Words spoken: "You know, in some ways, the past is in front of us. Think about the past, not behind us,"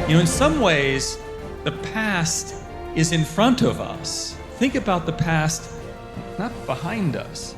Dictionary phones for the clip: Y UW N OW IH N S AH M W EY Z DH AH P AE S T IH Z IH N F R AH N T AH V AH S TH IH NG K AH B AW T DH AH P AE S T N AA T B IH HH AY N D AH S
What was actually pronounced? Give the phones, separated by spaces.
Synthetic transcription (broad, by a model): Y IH N OW IH N S AH M W EY Z DH AH P AE S T IH Z IH N F R AH N T AH V AH S TH IH NG K AH B AW T DH AH P AE S T N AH T B IH HH AY N D AH S